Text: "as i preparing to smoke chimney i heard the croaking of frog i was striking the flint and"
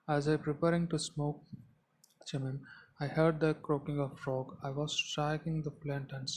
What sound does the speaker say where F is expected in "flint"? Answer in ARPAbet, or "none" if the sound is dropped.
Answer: P